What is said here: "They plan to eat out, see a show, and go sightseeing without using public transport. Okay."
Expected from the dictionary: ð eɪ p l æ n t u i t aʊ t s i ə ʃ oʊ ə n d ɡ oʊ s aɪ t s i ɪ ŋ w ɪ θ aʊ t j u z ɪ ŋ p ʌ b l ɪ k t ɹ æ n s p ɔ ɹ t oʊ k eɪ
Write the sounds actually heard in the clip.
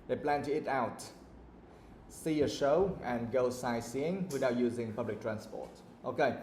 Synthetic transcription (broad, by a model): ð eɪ p l æ n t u i t aʊ t s i ə ʃ oʊ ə n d ɡ oʊ s aɪ s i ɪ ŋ w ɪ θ aʊ t j u z ɪ ŋ p ʌ b l ɪ k t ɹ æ n s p ɔ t t oʊ k eɪ